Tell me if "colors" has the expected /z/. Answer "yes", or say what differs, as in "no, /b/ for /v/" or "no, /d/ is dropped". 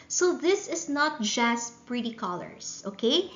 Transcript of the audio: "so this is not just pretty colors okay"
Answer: no, /s/ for /z/